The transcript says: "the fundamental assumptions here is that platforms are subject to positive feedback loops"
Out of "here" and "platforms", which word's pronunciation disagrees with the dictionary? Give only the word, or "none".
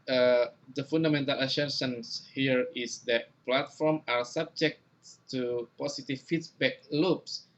platforms